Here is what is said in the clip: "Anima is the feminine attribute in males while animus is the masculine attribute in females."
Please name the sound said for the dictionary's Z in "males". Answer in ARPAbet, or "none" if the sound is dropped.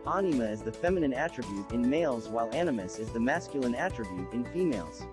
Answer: Z